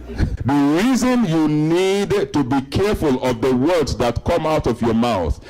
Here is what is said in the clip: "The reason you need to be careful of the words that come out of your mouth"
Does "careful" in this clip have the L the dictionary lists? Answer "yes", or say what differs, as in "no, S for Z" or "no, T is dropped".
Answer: yes